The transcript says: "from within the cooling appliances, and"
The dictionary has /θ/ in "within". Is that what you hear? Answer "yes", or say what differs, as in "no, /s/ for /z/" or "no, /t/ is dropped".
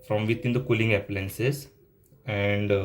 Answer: no, /t/ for /θ/